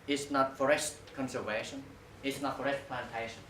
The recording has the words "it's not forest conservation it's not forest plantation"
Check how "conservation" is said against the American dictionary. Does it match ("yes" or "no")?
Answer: yes